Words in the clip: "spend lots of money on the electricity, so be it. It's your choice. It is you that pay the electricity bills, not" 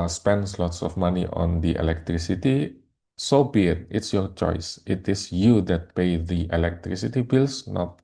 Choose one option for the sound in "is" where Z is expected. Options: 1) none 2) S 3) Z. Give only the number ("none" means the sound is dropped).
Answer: 2